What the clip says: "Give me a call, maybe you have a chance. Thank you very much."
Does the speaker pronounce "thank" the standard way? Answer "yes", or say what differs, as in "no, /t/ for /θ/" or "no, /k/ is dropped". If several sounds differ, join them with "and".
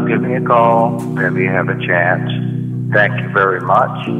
yes